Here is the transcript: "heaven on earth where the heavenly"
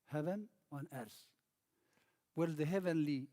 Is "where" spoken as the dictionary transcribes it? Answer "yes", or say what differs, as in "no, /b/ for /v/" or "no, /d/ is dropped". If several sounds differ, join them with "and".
no, /l/ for /ɹ/